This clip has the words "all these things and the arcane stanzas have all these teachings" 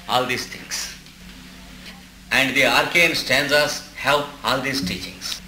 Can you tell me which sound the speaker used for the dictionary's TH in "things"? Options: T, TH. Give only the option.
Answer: T